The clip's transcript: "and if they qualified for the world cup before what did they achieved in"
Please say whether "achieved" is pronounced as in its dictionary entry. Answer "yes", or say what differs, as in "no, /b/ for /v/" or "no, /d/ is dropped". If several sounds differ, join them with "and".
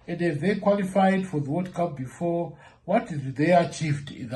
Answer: yes